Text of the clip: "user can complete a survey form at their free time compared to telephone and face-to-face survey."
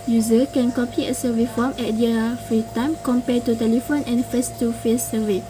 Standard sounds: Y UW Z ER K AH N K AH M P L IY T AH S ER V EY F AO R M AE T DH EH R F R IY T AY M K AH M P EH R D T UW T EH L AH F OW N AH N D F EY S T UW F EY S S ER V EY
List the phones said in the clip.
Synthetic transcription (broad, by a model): Y UW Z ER K AH N K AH P IY AH S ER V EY F AO M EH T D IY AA F R IY T AY M K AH M P EH T UW T EH L AH F OW N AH N F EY S T UW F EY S S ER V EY